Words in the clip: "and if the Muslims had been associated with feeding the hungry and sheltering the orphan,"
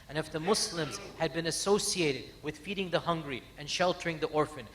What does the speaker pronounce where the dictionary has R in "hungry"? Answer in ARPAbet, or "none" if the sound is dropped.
R